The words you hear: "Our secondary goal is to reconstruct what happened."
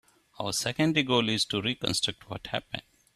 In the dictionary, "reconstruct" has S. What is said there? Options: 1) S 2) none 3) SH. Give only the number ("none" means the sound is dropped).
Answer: 1